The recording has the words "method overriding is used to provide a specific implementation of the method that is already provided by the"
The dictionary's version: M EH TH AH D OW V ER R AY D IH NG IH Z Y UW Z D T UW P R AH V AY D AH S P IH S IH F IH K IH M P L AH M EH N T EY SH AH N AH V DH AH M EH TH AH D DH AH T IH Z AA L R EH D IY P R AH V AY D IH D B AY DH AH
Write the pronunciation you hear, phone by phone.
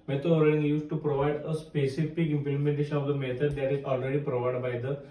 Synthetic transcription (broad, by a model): M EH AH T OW ER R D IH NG Y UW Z T UW P R AH V AY D AH S P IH S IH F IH K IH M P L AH M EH N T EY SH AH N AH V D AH M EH T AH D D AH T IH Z AA L R EH D IY P R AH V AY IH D B AY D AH